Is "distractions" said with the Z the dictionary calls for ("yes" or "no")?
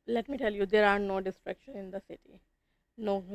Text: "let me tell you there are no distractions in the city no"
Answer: no